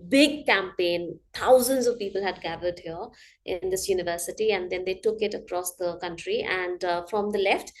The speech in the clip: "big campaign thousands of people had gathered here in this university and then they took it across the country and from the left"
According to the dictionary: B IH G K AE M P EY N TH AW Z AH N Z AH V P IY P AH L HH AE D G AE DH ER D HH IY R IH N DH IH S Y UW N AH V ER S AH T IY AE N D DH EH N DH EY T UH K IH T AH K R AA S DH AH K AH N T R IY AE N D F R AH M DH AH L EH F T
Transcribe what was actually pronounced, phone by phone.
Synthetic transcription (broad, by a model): B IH G K AE M P EY N T AW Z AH N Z AH V P IY P AH L HH AE D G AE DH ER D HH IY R IH N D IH S Y UW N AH V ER S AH T IY AE N D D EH N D EY T UH K IH T AH K R AA S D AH K AH N T R IY AE N D F R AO M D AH L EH F T